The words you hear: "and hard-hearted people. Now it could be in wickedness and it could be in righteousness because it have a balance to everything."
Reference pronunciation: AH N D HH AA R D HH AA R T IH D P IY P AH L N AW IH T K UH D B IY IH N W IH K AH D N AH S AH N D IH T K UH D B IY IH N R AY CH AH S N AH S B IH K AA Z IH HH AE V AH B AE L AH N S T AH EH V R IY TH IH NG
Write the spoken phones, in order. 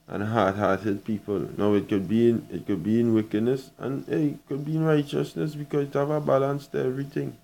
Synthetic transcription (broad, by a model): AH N HH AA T HH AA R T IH D P IY P AH L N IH IH T K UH D B IY IH N W IH K AH D N AH S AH N IH T K UH D B IY IH N R AY CH AH S N AH S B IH K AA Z IH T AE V AH B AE L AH N S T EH V R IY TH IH NG